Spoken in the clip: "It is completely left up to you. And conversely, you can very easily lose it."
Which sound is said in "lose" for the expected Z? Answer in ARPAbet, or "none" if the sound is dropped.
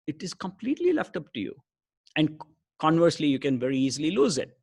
Z